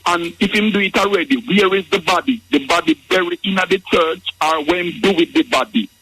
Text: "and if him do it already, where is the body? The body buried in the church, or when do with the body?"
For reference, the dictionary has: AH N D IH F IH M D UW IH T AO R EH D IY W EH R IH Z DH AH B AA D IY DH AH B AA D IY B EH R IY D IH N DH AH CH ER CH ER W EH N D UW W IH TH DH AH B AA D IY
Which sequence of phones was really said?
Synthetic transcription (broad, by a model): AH N IH F IH M D UW IH T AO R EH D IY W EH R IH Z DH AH B AA D IY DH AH B AA D IY B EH R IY IH N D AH CH ER CH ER W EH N D UW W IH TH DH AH B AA D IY